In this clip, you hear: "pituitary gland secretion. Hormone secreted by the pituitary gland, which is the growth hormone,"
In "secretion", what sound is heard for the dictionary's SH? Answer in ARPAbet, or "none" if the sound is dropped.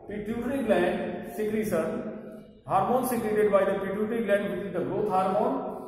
S